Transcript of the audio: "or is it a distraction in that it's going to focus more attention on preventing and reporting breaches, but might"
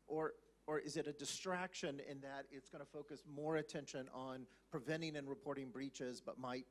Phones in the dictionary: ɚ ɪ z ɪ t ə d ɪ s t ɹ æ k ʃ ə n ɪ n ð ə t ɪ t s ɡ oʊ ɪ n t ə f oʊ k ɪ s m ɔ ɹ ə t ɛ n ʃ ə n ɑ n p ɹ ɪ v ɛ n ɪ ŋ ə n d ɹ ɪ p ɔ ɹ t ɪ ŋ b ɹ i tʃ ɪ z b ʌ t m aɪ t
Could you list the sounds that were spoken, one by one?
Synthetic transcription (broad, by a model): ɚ ɪ z ɪ t ə d ɪ s t ɹ æ k ʃ ə n ɪ n ð ə t ɪ t s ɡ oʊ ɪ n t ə f oʊ k ɪ s m ɔ ɹ ə t ɛ n ʃ ə n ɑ n p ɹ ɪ v ɛ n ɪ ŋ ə n ɹ ɪ p ɔ ɹ t ɪ ŋ b ɹ i tʃ ɪ z b ʌ t m aɪ t